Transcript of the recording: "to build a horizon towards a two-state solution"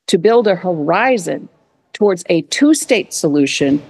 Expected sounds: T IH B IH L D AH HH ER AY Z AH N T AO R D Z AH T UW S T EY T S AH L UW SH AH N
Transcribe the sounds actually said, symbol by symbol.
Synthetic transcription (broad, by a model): T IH B IH L D AH HH ER AY Z AH N T AO R D Z AH T UW S T EY T S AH L UW SH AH N